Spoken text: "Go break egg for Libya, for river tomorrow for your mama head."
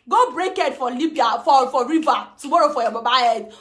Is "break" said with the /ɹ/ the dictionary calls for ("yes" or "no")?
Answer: yes